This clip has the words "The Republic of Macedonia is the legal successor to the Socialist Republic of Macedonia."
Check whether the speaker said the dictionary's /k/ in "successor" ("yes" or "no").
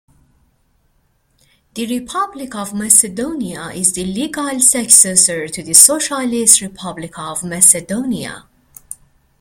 yes